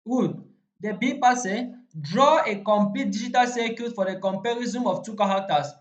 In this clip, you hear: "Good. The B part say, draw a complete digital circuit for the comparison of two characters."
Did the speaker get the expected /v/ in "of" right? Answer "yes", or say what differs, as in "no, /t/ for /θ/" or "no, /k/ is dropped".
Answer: no, /f/ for /v/